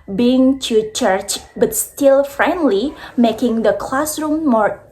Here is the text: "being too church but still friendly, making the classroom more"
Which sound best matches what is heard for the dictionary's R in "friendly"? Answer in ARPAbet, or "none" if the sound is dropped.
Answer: R